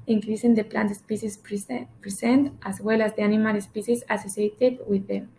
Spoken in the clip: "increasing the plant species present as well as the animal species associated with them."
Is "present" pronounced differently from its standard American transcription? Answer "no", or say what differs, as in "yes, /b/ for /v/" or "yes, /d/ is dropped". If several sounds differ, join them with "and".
yes, /s/ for /z/